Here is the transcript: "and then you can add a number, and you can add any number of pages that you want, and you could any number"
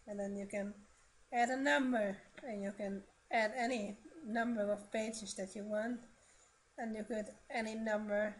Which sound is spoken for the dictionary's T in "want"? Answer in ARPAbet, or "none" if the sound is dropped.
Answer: T